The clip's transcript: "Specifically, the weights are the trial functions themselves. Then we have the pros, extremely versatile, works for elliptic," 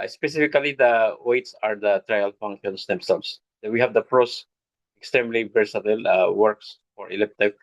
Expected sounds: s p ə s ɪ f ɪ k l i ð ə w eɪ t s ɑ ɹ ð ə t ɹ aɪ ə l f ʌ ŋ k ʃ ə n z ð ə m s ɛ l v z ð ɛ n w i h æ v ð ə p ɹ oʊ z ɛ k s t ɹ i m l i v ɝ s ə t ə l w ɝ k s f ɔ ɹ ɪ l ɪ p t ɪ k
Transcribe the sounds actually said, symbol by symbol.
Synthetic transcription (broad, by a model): s p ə s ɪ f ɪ k l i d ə w eɪ t s ɑ ɹ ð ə t ɹ aɪ ə l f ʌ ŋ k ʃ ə n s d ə m s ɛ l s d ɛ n w i h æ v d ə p ɹ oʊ s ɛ k s t ɹ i m l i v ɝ s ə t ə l w ɝ k s f ɔ ɹ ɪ l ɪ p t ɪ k